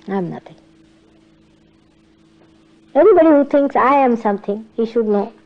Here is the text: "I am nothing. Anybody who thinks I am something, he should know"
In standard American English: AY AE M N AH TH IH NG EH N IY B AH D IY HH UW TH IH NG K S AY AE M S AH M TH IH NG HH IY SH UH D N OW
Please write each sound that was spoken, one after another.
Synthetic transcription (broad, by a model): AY M N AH T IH NG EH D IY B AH D IY HH UW T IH NG K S AY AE M S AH M T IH NG HH IY SH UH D N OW